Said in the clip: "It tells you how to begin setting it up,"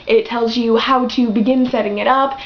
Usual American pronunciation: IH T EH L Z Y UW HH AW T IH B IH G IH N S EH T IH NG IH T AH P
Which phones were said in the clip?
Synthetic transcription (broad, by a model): IH T EH L Z Y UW HH AW T IH B IH G IH N S EH T IH NG IH T AH P